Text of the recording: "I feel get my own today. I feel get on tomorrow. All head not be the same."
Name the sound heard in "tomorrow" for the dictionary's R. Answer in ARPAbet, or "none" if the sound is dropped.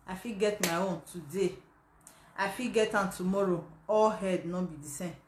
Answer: R